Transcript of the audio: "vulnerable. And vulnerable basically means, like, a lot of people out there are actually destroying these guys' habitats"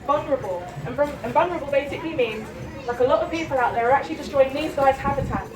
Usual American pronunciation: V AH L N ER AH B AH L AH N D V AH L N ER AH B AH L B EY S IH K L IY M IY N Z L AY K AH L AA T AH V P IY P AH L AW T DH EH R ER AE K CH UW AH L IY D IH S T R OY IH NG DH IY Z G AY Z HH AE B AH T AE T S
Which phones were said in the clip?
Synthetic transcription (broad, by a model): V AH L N ER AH B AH L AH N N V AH N ER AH B AH L B EY S IH K L IY M IY N Z L AY K AH L AA T AH V P IY P AH L AW T DH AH R ER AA K CH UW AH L IY D IH S T R OY IH NG DH IY Z G AY Z HH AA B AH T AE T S